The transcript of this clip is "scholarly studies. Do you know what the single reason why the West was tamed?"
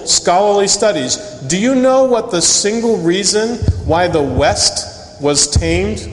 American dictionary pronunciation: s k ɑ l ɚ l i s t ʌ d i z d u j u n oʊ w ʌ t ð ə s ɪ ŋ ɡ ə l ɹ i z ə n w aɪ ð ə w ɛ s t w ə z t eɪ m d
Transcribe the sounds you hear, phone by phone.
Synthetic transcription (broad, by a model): s k ɑ l ɚ l i s t ʌ d i z d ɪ j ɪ n oʊ w ʌ t ð ə s ɪ ŋ ɡ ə l ɹ i z ə n w aɪ ð ə w ɛ s t w ə z t eɪ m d